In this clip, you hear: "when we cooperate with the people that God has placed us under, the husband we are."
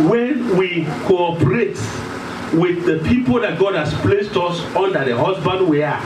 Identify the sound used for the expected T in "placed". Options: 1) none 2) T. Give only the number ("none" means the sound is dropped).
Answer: 2